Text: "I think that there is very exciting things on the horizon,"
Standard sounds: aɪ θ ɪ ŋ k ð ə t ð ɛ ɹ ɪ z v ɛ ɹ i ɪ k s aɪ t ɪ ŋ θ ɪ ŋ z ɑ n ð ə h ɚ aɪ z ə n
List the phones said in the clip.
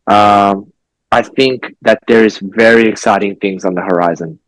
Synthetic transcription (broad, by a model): aɪ θ ɪ ŋ k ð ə t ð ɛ ɹ ɪ z v ɛ ɹ i ɪ k s aɪ t ɪ ŋ θ ɪ ŋ z n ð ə h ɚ aɪ z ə n